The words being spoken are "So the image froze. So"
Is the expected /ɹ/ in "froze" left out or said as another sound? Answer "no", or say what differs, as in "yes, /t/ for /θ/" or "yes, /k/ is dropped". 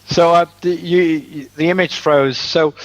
no